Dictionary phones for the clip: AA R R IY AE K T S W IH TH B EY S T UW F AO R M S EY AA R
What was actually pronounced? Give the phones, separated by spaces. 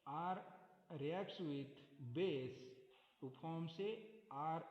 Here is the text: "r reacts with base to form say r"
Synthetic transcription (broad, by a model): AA R R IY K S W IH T B EY S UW P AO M S EY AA R